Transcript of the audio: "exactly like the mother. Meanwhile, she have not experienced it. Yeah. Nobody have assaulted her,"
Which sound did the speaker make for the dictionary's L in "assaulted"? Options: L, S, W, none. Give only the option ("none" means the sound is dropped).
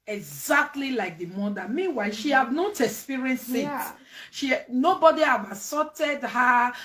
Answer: none